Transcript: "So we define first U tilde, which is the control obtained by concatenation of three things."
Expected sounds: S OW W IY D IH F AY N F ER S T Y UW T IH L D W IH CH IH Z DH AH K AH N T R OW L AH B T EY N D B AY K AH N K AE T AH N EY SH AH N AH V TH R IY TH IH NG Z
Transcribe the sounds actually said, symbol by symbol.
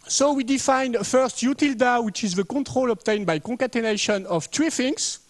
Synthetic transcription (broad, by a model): S OW W IY D IH F AY N F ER S T Y UW T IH L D W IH CH IH Z DH AH K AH T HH OW L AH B T EY N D B AY K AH K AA T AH N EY SH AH N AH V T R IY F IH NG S